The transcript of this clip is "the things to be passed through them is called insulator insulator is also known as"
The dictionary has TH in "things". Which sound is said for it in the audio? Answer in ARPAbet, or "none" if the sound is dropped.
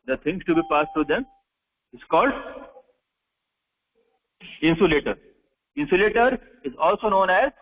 T